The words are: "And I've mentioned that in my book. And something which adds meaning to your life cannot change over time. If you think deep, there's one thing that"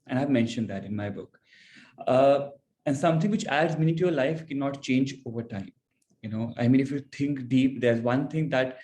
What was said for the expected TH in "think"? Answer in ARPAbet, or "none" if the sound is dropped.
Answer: T